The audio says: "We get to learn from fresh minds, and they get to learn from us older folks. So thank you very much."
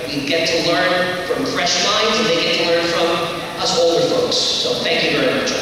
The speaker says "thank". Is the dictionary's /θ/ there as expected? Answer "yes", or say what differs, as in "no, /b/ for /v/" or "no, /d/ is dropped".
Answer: yes